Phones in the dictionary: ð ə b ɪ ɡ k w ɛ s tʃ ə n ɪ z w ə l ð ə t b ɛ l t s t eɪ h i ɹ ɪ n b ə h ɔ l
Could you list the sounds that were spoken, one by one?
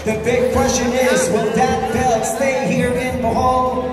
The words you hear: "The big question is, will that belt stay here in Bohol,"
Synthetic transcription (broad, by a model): ð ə b ɪ ɡ k w ɛ s tʃ ə n ɪ z w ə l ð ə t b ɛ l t s t eɪ h i ɹ ɪ n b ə h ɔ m